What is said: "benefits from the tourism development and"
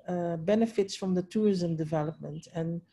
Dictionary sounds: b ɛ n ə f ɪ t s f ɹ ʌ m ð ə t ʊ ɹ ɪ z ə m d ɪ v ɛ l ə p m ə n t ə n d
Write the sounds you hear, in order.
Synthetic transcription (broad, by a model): b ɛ n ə f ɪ t s f ɹ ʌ m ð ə t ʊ ɹ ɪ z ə m d ɪ v ɛ l ə p m ə n t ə n